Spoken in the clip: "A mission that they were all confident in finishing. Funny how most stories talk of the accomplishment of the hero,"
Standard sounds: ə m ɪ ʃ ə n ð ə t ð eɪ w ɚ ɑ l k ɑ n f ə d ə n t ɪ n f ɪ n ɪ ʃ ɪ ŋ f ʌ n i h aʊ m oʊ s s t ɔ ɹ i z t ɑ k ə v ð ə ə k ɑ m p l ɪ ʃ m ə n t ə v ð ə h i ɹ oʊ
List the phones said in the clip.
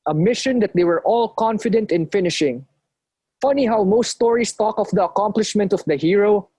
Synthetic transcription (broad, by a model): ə m ɪ ʃ ə n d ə t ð eɪ w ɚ ɑ l k ɑ n f ə d ə n t ɪ n f ɪ n ɪ ʃ ɪ ŋ f ʌ n i h aʊ m oʊ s s t ɔ ɹ i s t ɑ k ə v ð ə ə k ɑ m p l ɪ ʃ m ə n t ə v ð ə h i ɹ oʊ